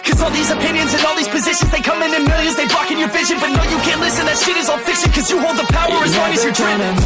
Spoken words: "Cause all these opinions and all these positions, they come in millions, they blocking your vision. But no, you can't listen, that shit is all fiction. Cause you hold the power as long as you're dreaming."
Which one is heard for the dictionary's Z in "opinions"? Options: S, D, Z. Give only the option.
Z